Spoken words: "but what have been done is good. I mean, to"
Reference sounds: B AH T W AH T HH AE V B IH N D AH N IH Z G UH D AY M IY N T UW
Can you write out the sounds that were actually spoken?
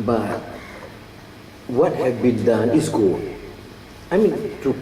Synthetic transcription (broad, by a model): B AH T W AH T HH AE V B IH N D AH N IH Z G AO AY M IY N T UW